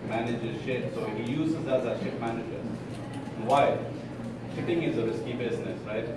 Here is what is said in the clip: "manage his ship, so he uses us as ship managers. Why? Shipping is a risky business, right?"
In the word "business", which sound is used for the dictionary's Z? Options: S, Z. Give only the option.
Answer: S